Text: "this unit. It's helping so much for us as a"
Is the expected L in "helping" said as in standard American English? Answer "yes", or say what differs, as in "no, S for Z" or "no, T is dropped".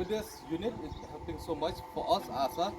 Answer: no, L is dropped